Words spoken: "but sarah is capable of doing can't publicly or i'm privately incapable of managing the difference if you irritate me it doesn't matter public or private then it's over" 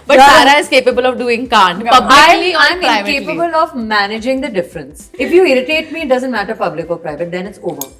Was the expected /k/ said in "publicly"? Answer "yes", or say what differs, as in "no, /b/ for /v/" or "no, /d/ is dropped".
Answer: no, /k/ is dropped